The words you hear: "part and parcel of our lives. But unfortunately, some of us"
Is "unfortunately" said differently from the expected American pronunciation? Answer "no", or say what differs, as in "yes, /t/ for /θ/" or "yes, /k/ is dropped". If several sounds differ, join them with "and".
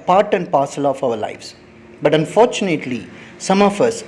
no